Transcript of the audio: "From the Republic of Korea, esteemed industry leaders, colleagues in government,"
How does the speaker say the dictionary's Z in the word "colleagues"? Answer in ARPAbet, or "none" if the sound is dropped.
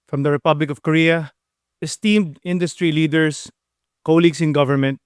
S